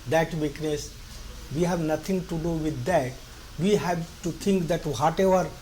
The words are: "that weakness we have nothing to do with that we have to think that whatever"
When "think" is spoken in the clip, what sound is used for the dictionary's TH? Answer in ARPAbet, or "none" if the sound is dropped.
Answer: T